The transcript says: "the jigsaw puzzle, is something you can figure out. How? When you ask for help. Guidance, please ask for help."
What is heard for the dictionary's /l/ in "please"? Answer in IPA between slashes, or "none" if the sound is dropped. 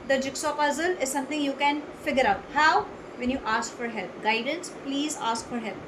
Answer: /l/